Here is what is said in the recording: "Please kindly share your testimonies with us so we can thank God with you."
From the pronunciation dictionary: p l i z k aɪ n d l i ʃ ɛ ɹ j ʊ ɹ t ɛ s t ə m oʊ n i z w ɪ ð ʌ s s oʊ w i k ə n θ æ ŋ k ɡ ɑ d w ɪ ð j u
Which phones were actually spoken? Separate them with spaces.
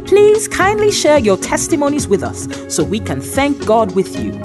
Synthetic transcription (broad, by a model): p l i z k aɪ n d l i ʃ ɛ ɹ j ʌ ɹ t ɛ s t ə m oʊ n i z w ɪ ð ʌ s s oʊ w i k ə n θ æ ŋ k ɡ ɑ d w ɪ ð j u